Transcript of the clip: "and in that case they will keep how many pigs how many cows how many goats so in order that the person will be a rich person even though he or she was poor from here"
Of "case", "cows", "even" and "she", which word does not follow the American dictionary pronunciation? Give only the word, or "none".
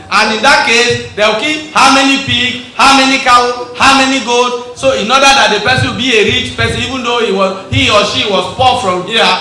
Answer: cows